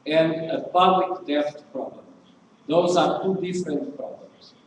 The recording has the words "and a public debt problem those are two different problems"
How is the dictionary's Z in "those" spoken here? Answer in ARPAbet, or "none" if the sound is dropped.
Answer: Z